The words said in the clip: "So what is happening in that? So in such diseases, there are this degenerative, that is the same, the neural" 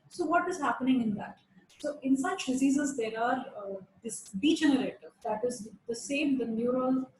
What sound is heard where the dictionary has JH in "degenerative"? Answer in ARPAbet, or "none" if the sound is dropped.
JH